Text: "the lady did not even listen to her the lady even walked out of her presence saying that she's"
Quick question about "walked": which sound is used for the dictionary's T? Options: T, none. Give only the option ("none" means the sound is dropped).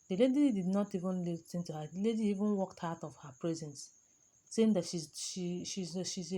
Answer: T